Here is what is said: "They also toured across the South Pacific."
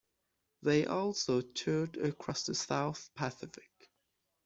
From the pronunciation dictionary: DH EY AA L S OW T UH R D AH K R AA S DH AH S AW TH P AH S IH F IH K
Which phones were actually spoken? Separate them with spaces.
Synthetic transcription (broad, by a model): DH EY AA L S OW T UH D AH K R AA S DH AH S AW TH P AH S IH F IH K